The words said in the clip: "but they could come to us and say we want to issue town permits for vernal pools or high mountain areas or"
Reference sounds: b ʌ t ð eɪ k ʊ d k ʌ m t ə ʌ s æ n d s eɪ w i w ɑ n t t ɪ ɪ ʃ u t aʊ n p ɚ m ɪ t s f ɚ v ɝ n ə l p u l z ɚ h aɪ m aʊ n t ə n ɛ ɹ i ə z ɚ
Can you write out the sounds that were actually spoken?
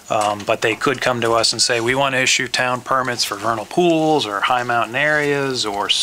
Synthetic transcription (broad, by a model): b ʌ t ð eɪ k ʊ d k ʌ m t ə ʌ s n s eɪ w i w ɑ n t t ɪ ɪ ʃ u t aʊ n p ɚ m ɪ t s f ɚ v ɝ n l p u l z ɚ h aɪ m aʊ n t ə n ɛ ɹ i ə z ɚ